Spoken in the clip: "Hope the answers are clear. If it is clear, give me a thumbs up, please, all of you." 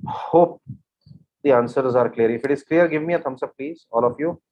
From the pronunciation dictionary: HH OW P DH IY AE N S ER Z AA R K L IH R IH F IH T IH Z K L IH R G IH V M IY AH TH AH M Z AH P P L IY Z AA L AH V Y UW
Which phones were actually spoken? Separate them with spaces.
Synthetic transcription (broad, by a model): HH OW P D IY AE N S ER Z AA R K L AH R IH F IH T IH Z K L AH R G IH V M IY AH T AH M S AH B P L IY Z AA L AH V Y UW